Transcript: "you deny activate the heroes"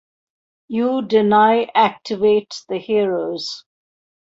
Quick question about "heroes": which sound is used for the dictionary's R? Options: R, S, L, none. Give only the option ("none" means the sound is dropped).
R